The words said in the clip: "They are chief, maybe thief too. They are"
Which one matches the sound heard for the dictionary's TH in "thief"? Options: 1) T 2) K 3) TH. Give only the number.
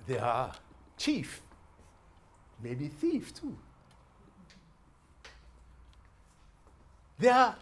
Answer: 3